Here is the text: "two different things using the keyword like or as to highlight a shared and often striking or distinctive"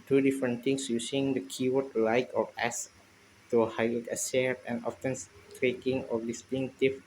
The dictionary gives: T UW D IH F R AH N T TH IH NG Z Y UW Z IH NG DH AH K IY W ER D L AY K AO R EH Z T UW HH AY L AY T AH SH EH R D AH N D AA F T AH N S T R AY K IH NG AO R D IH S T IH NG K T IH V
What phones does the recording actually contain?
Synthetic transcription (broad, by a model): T UW D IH F R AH N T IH NG S Y UW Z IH NG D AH K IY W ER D L AY K AO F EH S T UW HH AY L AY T AH S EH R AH N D AA F T AH N S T R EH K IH NG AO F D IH S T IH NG T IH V